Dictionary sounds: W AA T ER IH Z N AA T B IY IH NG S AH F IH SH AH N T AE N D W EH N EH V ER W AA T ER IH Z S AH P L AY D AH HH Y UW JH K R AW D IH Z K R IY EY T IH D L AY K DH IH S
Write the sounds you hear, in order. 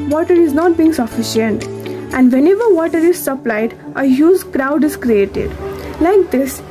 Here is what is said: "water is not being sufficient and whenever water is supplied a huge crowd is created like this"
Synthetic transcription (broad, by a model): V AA T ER IH Z N AA T B IY IH NG S AH F IH SH AH N T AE N D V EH N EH V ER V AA T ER IH Z S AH P L AY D AH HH Y UW Z K R AW D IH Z K R IY EY T IH D L AY K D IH S